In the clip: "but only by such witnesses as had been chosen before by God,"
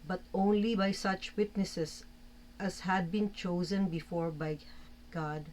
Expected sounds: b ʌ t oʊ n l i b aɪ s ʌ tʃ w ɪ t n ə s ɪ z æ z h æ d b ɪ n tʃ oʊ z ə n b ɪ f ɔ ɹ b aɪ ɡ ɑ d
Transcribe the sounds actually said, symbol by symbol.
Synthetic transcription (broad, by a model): b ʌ t oʊ n l i b aɪ s ʌ tʃ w ɪ t n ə s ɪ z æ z h æ d b ɪ n tʃ oʊ z ə n b ɪ f ɔ ɹ b aɪ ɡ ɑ d